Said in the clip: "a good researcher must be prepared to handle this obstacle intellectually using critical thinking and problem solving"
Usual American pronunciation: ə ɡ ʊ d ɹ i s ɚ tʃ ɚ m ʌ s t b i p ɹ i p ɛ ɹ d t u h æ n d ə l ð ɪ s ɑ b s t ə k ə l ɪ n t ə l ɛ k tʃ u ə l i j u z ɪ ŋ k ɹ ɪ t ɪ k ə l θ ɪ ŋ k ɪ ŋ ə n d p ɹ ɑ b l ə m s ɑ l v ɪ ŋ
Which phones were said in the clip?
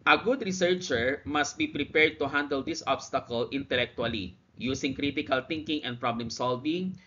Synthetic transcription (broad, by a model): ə ɡ ʊ d ɹ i s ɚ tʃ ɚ m ʌ s t b i p ɹ i p ɛ ɹ d t u h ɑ n d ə l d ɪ s ɑ b s t ə k ə l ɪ n t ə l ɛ k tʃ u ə l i j u s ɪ ŋ k ɹ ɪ t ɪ k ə l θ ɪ ŋ k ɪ ŋ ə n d p ɹ ɑ b l ə m s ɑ l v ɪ ŋ